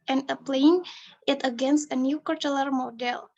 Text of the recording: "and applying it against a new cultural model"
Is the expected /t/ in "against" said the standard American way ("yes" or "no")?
yes